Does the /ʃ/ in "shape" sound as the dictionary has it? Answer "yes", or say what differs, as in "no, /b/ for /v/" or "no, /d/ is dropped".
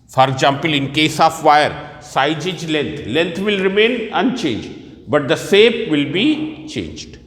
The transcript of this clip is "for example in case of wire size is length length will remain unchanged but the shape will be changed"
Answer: no, /s/ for /ʃ/